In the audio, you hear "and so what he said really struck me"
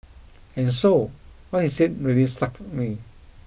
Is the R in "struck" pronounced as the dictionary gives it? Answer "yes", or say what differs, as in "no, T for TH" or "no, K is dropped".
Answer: no, R is dropped